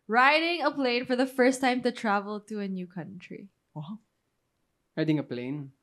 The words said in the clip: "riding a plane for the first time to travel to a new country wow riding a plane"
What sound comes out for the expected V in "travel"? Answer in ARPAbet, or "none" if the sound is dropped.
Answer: V